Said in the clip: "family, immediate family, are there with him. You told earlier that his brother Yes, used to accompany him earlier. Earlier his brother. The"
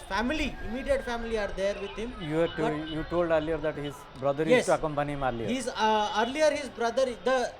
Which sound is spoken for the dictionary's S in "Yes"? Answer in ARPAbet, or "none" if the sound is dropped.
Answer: none